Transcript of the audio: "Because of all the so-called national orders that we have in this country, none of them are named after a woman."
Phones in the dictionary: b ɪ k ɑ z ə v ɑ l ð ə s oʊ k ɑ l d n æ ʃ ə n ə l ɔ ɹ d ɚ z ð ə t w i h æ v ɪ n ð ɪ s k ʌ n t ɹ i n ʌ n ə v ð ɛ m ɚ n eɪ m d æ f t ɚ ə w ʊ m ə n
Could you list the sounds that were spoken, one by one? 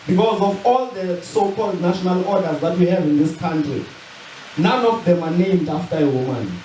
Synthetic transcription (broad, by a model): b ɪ k ɑ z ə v ɑ l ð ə s oʊ k ɑ l d n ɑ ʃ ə n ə l ɔ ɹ d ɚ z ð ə t w i h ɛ v ɪ n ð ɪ s k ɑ n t ɹ i n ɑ n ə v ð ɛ m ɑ n eɪ m d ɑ f t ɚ ə w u m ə n